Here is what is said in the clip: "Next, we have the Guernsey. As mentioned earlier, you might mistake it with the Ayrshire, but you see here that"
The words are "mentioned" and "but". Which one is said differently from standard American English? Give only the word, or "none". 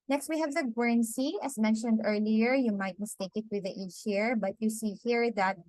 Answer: none